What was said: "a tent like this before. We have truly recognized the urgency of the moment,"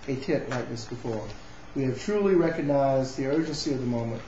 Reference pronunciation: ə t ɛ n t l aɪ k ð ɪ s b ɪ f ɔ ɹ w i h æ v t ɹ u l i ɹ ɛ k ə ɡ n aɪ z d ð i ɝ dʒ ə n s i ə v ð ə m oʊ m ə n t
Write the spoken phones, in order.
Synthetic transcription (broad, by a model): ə t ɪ t l aɪ k ð ɪ s b ɪ f ɔ ɹ w i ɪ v t ɹ u l i ɹ ɛ k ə ɡ n aɪ z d ð i ɝ dʒ ə n s i ə v ð ə m oʊ m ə n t